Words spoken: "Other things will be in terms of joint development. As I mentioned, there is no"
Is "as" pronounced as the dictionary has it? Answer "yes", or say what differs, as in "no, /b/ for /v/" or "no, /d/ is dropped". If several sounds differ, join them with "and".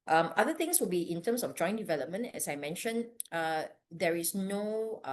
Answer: no, /s/ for /z/